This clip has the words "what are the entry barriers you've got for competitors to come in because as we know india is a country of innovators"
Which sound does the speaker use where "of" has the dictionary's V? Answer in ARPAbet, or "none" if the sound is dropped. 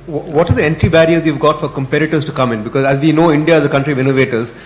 V